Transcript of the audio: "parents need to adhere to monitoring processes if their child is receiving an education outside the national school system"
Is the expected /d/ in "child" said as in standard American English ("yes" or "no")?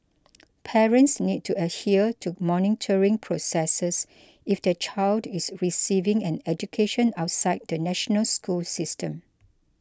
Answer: yes